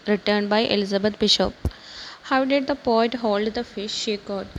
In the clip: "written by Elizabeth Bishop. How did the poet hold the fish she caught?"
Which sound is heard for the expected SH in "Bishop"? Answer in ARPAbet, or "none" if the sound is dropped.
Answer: SH